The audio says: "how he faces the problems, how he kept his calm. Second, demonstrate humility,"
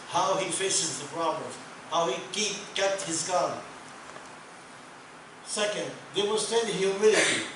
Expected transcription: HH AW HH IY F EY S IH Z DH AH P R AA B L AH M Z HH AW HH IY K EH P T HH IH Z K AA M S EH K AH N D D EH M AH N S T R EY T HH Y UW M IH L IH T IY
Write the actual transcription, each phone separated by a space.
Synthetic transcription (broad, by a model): HH AW HH IY F EY S IH Z DH AH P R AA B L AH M HH AW HH IY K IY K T HH IH Z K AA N S EH K AH N D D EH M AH S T EY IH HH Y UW M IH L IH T IY